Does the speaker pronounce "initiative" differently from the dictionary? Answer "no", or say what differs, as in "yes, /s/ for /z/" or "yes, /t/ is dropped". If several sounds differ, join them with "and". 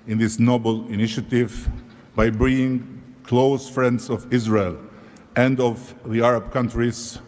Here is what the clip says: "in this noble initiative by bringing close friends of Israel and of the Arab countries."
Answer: no